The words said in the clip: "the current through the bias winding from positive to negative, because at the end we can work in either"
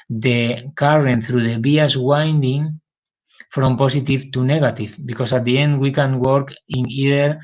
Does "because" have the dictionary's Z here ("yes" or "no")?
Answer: no